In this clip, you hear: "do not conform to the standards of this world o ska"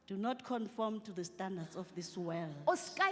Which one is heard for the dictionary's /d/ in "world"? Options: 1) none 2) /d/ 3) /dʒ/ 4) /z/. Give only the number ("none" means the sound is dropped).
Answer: 1